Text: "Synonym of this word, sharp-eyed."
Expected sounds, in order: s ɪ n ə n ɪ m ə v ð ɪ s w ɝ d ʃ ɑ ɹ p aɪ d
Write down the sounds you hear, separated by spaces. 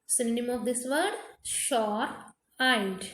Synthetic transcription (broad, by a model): s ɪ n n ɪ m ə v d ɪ s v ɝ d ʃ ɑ ɹ aɪ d